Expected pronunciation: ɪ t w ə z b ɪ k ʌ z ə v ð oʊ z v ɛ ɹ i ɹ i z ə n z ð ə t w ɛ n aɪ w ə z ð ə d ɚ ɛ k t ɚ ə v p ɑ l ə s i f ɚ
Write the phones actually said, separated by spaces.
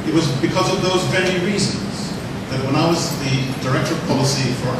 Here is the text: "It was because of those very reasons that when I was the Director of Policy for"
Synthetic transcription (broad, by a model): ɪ t w ə z b ɪ k ʌ z ə v ð oʊ z v ɛ ɹ i ɹ i z ə n z ð ə t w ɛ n aɪ w ə z ð ə d ɚ ɛ k t ɚ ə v p ɑ l ə s i f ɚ